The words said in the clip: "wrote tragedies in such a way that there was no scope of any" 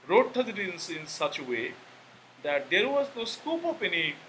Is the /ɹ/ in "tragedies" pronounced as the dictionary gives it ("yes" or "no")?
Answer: no